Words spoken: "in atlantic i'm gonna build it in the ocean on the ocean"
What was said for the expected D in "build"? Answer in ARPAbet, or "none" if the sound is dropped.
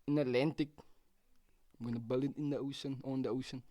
none